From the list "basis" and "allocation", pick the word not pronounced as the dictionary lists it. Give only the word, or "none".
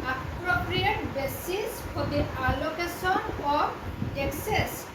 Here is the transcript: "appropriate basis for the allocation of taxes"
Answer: allocation